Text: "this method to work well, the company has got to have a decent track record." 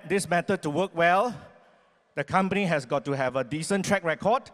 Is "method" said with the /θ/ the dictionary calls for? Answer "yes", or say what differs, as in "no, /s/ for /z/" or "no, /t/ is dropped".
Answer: no, /t/ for /θ/